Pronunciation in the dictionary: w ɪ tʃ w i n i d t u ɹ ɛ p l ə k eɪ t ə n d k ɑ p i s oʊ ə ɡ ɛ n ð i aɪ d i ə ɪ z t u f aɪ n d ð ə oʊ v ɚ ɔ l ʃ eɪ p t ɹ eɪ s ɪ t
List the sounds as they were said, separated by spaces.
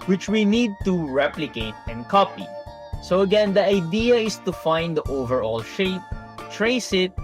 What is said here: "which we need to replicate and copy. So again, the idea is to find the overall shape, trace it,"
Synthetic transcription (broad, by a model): w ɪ tʃ w i n i d t u ɹ ɛ p l ə k eɪ t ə n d k ɑ p i s oʊ ə ɡ ɛ n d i aɪ d i ə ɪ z t u f aɪ n d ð oʊ v ɚ ɔ l ʃ eɪ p t ɹ eɪ s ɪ t